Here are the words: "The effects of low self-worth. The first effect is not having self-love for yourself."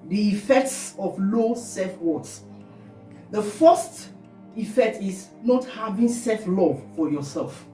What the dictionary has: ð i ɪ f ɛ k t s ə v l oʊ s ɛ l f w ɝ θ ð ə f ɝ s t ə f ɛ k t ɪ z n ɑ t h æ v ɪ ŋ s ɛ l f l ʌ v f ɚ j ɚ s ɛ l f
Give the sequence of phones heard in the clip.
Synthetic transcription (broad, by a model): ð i ɪ f ɛ k t s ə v l oʊ s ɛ f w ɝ s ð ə f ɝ s t ə f ɛ k t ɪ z n ɑ t h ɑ v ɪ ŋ s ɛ f l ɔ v f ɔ j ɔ s ɛ l f